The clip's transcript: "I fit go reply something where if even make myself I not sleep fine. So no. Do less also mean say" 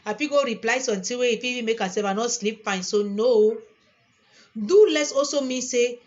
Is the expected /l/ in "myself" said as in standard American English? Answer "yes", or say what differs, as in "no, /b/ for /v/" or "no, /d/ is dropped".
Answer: no, /l/ is dropped